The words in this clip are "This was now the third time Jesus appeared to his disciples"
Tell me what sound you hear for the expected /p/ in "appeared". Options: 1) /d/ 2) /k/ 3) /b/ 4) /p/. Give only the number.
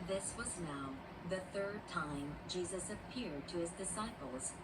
4